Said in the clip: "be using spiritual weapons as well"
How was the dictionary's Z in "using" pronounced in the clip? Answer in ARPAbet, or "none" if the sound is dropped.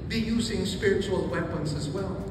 Z